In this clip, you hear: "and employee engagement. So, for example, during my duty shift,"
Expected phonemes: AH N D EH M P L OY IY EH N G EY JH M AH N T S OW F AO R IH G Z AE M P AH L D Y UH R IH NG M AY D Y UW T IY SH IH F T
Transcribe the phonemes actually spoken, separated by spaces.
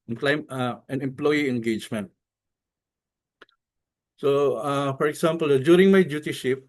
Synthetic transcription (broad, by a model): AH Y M EH M P L OY IY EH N G EY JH M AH N T S OW F AO R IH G S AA M P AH L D Y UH R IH NG M AY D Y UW T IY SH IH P